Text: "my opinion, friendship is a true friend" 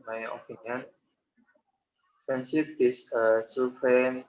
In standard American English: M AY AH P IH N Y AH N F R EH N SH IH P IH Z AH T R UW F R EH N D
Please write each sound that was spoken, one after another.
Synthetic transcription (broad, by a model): M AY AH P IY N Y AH N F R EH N S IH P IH S AH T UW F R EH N